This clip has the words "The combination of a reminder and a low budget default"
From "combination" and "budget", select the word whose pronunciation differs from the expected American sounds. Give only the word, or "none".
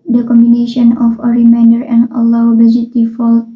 budget